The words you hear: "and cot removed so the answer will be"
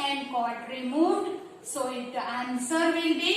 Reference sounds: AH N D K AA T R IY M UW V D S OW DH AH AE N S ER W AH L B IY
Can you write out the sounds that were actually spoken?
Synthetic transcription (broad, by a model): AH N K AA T R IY M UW D S OW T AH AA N S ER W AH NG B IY